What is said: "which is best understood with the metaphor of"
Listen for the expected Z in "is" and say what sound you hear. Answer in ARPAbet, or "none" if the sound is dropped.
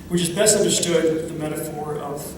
Z